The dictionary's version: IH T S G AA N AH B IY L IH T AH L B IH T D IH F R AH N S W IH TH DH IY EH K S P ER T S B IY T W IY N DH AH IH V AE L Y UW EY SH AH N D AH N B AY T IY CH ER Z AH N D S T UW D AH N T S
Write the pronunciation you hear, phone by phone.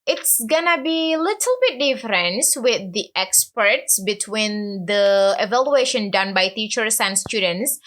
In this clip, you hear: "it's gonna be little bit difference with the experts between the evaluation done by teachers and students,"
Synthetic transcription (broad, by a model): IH T S G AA N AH B IY L IH T AH L B IH T D IH F R AH N S W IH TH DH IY EH K S P ER T S B IY T W IY N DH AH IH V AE L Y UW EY SH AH N D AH N B AY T IY CH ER S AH N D S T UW D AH N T S